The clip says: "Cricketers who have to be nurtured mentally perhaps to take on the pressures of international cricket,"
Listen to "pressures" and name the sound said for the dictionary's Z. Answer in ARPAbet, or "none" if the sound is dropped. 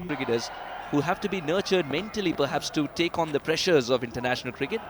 Z